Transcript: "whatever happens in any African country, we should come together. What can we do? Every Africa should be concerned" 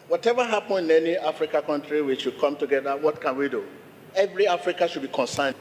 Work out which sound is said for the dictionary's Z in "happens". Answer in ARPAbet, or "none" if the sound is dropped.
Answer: none